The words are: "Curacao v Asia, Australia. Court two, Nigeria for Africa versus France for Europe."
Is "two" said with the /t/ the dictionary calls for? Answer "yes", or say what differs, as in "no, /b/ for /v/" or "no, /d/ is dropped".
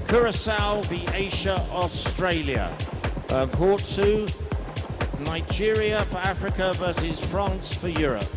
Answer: no, /s/ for /t/